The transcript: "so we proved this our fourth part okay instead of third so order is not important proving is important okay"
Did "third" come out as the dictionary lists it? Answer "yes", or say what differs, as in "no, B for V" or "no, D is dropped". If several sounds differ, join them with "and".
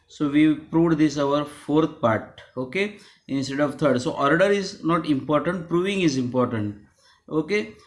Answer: no, T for TH